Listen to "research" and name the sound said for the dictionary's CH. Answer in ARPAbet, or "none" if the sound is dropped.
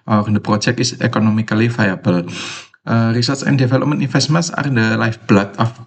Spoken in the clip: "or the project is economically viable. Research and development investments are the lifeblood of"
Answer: S